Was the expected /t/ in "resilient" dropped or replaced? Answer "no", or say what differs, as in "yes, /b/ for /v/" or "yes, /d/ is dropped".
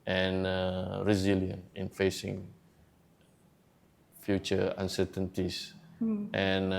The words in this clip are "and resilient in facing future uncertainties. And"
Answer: yes, /t/ is dropped